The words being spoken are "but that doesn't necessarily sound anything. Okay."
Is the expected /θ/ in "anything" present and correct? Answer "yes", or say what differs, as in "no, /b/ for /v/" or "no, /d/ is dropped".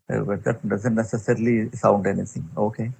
no, /s/ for /θ/